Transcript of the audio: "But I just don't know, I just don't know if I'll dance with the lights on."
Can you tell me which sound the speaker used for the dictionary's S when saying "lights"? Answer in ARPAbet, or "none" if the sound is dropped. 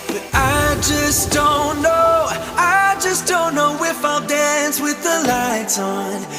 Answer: none